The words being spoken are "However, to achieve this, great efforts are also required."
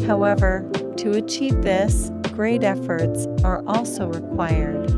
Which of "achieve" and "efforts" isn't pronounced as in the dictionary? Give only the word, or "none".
none